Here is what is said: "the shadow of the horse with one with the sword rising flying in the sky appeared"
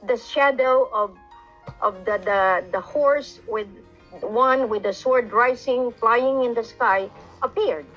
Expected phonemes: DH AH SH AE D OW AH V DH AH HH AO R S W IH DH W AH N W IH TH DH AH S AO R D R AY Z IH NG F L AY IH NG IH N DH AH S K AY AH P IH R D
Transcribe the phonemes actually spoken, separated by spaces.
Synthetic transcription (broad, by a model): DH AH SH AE D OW AH V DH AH HH AO R S W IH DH W AH N W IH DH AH S AO R D R AY S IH NG F L AY IH NG IH N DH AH S K AY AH P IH R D